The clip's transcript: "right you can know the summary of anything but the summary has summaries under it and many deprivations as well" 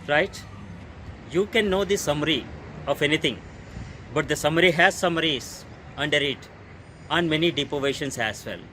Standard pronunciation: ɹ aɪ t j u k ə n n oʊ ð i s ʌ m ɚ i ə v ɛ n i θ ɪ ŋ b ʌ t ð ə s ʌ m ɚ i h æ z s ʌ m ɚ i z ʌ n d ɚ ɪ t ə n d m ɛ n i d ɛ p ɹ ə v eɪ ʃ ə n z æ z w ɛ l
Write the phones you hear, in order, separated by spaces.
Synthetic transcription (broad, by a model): ɹ aɪ t j u k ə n n oʊ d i s ʌ m ɚ i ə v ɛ n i t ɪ ŋ b ʌ t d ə s ʌ m ɚ i h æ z s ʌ m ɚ i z ʌ n d ɚ ɪ t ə n m ɛ n i d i p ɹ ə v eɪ ʃ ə n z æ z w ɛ l